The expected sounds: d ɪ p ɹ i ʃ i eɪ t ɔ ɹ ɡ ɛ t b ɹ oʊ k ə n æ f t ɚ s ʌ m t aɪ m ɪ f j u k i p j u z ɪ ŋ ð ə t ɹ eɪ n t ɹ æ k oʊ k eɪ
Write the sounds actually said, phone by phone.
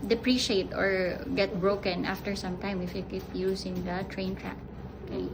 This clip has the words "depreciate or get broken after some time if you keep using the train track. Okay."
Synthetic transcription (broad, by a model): d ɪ p ɹ i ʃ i eɪ t ɔ ɹ ɡ ɛ t b ɹ oʊ k ə n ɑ f t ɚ s ʌ m t aɪ m ɪ f j u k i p j u s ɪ ŋ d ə t ɹ eɪ n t ɹ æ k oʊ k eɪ